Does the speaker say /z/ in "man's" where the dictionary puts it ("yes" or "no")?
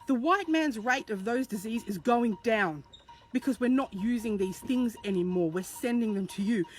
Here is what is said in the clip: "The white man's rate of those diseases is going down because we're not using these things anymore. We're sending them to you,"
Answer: yes